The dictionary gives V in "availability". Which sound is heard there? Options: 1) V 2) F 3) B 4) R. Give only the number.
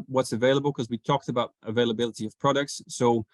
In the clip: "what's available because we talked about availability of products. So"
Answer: 1